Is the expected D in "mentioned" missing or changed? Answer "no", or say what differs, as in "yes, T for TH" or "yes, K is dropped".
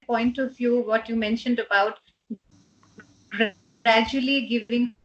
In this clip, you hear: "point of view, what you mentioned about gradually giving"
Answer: no